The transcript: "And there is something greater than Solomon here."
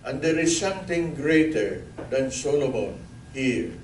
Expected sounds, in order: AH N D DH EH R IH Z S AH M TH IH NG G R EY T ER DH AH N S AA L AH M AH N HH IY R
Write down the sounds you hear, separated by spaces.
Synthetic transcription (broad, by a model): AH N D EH R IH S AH M T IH NG G R EY T ER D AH N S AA L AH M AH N HH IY R